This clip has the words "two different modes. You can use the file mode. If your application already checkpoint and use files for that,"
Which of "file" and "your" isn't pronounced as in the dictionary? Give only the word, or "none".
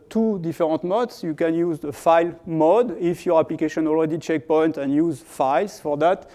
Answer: none